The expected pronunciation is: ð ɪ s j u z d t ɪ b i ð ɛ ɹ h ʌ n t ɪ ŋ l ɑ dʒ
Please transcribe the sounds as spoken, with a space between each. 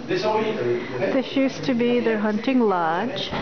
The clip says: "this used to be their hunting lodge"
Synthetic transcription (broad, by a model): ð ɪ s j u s t ɪ b i ð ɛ ɹ h ʌ n t ɪ ŋ l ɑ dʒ